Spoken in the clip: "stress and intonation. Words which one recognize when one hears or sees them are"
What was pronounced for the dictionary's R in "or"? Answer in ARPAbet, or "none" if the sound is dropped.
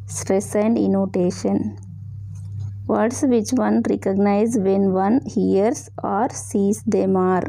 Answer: R